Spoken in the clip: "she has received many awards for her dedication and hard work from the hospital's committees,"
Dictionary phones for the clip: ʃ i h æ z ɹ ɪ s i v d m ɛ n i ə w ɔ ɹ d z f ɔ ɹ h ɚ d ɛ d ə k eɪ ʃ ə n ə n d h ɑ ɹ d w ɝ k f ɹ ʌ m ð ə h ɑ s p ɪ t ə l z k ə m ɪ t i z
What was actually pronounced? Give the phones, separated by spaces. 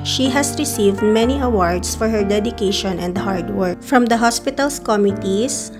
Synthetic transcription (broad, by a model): ʃ i h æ s ɹ ɪ s i v d m ɛ n i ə w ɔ ɹ d s f ɔ ɹ h ɚ d ɛ d ə k eɪ ʃ ə n ə n d h ɑ ɹ d w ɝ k f ɹ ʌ m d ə h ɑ s p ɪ t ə l s k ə m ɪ t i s